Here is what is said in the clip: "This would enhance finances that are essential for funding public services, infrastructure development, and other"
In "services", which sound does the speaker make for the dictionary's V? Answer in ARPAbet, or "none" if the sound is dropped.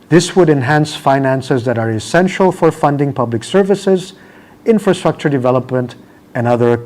V